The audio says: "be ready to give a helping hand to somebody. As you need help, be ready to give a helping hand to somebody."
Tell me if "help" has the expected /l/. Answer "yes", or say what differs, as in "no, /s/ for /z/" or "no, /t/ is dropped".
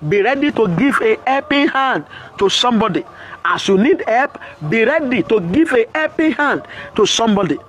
no, /l/ is dropped